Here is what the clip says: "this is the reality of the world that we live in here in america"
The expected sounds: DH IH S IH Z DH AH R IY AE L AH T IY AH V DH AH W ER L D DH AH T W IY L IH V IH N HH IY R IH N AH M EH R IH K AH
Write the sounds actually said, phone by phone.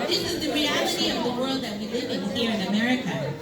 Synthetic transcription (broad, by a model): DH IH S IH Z DH AH R IY AE L AH T IY AH V DH AH W ER L D DH AH T W IY L IH V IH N HH IY R IH N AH M EH R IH K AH